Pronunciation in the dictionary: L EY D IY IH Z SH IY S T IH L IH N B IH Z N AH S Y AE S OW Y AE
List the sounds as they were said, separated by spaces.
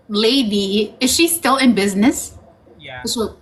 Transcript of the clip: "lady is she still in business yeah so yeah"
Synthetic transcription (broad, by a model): L EY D IY IH Z SH IY S T IH L IH N B IH Z N AH S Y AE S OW